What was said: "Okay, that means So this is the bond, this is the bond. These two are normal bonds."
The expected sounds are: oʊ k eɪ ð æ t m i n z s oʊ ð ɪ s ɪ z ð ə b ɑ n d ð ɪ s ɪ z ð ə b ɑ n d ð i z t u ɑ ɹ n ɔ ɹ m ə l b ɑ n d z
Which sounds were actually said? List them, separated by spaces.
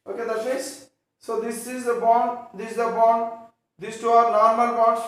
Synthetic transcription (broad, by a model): oʊ k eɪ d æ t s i z s oʊ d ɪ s ɪ z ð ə b ɑ n d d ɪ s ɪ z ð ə b ɑ n d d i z t u ɑ ɹ n ɔ ɹ m ə l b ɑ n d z